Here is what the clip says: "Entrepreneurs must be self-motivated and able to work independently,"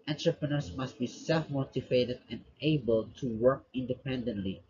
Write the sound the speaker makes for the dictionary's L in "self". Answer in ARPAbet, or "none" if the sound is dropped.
L